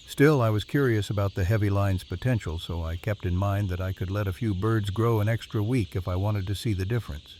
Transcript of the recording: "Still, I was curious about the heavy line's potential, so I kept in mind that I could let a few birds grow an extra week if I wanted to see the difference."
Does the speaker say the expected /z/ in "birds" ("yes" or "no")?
yes